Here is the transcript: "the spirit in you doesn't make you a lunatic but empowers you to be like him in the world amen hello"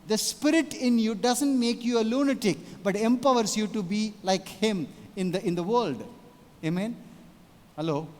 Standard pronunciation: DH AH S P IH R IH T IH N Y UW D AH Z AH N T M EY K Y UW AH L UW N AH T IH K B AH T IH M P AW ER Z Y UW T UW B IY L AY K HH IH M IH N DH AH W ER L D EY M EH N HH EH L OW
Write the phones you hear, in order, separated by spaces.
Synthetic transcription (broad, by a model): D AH S P IH R IH T IH N Y UW D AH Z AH N T M EY K Y UW AH L UW N AH T IH K B AH T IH M P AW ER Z Y UW T UW B IY L AY K HH IH M IH N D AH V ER L D EY M EH N HH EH L OW